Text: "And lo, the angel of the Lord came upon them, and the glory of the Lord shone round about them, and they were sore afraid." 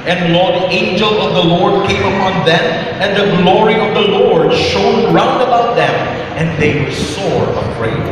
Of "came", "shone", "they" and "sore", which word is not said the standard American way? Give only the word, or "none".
none